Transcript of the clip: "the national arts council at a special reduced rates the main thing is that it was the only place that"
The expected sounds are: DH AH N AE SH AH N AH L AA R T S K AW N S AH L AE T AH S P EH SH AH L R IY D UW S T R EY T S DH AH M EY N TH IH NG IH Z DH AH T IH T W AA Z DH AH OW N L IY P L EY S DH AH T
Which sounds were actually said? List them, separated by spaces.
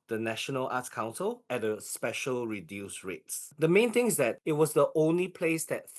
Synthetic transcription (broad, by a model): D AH N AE SH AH N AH L AA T K AW N S AH L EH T AH S P EH SH AH L R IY D UW S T R EY T S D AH M EY N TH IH NG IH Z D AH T IH T W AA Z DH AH OW N L IY P L EY S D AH T